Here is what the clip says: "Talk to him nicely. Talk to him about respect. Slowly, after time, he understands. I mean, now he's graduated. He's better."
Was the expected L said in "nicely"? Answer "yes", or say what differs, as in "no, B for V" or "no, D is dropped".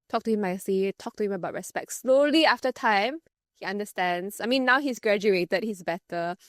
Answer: no, L is dropped